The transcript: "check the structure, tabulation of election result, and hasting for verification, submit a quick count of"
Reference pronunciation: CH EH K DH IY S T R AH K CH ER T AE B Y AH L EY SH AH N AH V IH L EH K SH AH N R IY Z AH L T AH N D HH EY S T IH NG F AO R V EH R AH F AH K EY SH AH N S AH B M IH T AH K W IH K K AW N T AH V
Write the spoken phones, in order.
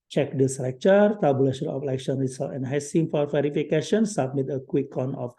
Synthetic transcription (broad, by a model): CH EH K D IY S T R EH K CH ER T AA B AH L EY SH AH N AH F L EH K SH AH N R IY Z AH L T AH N HH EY S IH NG F AO R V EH R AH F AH K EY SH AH N S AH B M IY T AH K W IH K K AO N AH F